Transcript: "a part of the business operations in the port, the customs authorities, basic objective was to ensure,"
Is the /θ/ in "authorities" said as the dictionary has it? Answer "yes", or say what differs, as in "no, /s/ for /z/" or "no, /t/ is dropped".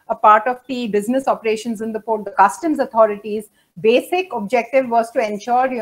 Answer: no, /t/ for /θ/